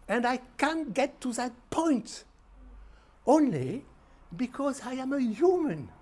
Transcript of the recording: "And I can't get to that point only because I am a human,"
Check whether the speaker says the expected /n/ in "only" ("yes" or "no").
yes